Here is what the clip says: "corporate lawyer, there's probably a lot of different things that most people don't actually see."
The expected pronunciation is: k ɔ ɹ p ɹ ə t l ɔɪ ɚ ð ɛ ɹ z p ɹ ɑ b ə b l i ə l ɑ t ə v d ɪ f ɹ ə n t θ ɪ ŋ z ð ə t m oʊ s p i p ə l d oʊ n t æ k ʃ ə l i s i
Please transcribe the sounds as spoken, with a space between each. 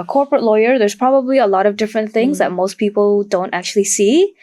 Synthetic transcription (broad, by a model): k ɔ ɹ p ɹ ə t l ɔɪ ɚ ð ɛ ɹ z p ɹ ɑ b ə b l i ə l ɑ t ə v d ɪ f ɹ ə n θ ɪ ŋ z ð ə t m oʊ s p i p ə l d oʊ n t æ k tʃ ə l i s i